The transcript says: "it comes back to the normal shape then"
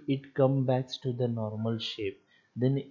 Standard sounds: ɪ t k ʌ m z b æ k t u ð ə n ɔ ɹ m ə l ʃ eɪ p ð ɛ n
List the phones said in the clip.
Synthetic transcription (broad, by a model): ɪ t k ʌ m b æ k t u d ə n ɔ ɹ m ə l ʃ eɪ p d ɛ n